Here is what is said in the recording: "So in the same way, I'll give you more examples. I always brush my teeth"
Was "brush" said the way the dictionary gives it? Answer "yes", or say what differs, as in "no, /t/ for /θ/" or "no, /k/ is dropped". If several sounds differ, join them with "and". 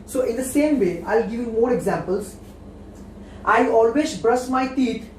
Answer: no, /s/ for /ʃ/